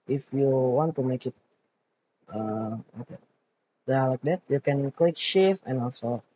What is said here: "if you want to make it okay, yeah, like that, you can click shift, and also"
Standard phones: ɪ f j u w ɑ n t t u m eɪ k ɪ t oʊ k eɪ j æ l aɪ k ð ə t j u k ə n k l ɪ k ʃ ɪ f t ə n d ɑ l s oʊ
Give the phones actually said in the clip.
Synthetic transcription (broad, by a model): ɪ f j u w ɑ n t t u m eɪ k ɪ t oʊ k eɪ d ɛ l aɪ k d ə t j u k ə n k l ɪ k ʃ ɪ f ə n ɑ l s oʊ